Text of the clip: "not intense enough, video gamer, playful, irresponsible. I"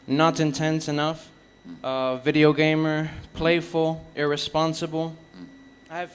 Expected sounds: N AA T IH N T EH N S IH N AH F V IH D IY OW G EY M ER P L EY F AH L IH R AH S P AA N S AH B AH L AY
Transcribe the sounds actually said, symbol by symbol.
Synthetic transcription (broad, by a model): N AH T IH N T EH N S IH N AH F V IH D IY OW G EY M ER P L EY F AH L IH R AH S P AA N S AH B L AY